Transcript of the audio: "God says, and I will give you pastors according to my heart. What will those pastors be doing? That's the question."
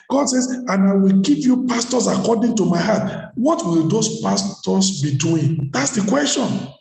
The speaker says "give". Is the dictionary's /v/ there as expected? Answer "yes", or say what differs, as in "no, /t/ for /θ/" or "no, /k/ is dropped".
no, /p/ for /v/